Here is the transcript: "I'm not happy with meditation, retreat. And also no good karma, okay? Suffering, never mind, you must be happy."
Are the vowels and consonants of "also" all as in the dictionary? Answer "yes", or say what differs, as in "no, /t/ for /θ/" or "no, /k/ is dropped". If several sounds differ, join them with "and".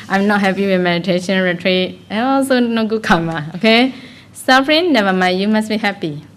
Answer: yes